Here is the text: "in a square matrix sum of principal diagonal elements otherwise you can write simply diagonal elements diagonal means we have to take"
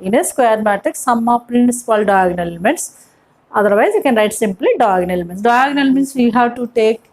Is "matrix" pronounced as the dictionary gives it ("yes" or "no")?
no